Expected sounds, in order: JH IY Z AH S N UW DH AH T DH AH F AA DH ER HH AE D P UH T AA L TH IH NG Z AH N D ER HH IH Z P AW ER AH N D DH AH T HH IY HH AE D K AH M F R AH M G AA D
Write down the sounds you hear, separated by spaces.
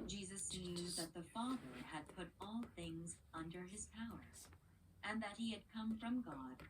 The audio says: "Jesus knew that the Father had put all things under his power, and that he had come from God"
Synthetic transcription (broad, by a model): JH IY Z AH S N UW DH AH T DH AH F AA DH ER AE D P UH T AA L TH IH NG Z AH N D ER IH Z P AW ER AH N DH AH T HH IY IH D K AH M F R AH M G AA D